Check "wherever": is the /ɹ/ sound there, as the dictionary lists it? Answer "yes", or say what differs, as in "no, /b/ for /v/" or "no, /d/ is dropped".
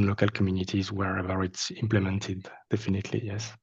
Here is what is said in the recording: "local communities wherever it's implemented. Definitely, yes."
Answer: yes